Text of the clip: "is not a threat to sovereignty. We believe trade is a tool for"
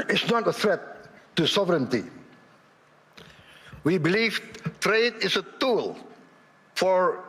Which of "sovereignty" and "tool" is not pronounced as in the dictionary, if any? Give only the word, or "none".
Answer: none